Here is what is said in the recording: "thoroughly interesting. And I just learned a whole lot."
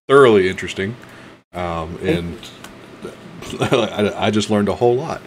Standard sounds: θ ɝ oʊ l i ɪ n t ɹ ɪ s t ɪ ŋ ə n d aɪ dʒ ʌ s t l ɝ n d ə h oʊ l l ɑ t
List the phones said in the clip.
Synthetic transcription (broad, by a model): θ ɝ l i ɪ n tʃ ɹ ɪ s t ɪ ŋ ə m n aɪ dʒ ʌ s t l ɝ n d ə h oʊ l l ɑ t